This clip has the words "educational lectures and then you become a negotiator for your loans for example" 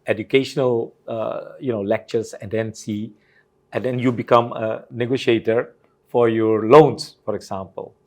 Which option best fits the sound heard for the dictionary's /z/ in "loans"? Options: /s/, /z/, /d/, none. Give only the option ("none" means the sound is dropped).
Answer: /s/